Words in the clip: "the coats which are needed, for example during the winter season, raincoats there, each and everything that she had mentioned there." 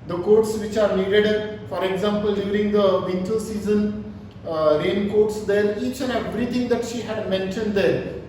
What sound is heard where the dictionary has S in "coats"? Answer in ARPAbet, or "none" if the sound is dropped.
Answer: S